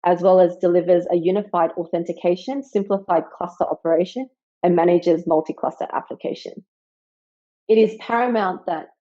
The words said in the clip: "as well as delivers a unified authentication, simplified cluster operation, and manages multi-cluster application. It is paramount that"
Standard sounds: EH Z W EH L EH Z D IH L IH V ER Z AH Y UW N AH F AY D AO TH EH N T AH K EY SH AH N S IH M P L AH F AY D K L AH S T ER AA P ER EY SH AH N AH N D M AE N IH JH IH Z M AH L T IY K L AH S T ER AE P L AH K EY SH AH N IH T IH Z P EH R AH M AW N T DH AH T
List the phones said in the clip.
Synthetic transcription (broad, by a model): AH Z W EH L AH Z D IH L IH V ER Z AH Y UW N AH F AY D AO TH EH N T AH K EY SH AH N S IH M P L AH F AY D K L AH S T ER AA P ER EY SH AH N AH N M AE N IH JH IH Z M AH L T IY K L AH S T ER AE P L AH K EY SH AH N IH T IH Z P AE R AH M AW N DH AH T